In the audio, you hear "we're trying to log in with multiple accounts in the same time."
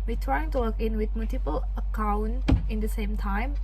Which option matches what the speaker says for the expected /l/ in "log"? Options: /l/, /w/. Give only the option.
/w/